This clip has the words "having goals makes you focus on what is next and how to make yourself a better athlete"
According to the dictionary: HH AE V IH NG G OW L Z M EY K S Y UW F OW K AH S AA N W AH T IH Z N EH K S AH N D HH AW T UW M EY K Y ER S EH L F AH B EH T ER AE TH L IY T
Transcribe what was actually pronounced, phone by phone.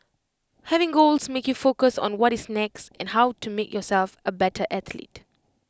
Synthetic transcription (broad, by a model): HH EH V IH NG G OW L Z M EY K Y UW F OW K AH S AA N W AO T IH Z N EH K S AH N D HH AW T UW M EY K Y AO S EH L F AH B EH T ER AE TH L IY T